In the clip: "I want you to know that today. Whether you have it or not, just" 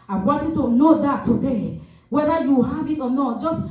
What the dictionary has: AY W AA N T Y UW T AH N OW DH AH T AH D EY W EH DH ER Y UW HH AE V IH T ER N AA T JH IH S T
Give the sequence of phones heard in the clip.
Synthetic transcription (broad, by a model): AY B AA T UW T AH N OW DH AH T AH D EY W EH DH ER Y UW HH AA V IH T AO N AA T JH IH S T